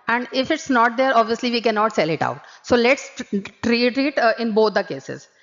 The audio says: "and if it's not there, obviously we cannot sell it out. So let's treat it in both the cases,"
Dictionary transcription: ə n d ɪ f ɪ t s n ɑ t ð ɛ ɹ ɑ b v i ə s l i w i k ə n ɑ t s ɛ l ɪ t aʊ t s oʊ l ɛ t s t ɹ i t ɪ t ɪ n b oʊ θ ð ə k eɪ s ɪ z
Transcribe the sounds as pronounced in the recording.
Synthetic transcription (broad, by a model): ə n d ɪ f ɪ t s n ɑ t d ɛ ɹ ɑ b v i ə s l i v i k ə n ɑ t s ɛ l ɪ t aʊ t s oʊ l ɛ t s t ɹ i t ɪ t ɪ n b oʊ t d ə k eɪ s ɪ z